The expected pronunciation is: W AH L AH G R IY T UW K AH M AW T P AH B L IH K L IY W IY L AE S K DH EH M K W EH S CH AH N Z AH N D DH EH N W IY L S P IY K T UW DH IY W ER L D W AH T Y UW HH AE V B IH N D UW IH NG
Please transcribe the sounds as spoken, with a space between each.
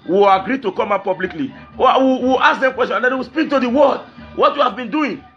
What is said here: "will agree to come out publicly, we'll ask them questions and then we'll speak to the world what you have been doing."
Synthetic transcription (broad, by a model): W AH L AH G R IY T UW K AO M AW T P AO B L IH K L IY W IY W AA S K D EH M K W EH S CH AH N AH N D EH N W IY S P IY K T UW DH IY W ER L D W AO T Y UW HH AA V B IH N D UW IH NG